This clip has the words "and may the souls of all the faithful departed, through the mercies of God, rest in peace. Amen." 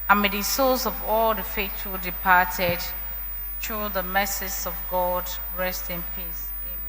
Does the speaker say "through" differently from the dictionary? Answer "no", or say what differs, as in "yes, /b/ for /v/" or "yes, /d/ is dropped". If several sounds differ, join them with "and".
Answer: yes, /t/ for /θ/